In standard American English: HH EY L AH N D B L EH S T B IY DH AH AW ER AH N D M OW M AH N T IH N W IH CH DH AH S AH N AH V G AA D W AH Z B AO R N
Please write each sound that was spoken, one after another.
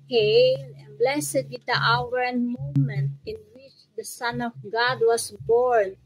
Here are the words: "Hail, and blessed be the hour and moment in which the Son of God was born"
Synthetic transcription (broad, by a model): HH EY L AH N B L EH S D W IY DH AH AW ER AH N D M OW M AH N T IH N W IH CH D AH S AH N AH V G AA D W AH S B AO R N